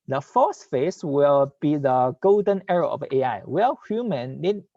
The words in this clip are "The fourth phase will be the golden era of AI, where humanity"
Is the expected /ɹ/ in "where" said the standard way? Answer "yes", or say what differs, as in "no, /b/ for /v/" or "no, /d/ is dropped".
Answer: no, /l/ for /ɹ/